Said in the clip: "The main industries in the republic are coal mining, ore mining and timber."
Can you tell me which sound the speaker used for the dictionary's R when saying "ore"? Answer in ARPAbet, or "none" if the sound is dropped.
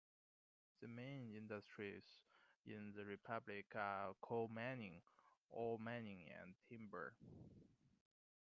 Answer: L